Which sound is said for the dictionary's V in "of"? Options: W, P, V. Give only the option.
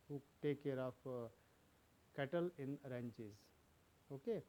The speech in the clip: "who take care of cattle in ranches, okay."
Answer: P